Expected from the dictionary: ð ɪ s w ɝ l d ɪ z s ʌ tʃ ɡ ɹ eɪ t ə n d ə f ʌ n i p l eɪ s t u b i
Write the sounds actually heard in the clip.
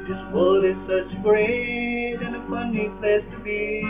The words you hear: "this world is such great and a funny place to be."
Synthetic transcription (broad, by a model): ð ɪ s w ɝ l ɪ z s ʌ tʃ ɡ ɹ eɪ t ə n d ə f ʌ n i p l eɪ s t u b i